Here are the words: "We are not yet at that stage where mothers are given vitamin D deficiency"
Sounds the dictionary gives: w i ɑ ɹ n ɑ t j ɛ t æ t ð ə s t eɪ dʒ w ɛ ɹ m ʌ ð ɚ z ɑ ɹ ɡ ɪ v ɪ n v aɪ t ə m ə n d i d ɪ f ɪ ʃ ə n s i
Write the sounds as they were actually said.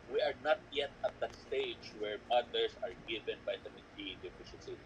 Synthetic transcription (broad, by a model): w i ɑ ɹ n ɑ t j ɛ t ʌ t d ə s t eɪ dʒ w ɛ ɹ m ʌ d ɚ s ɑ ɹ ɡ ɪ v ɪ n b aɪ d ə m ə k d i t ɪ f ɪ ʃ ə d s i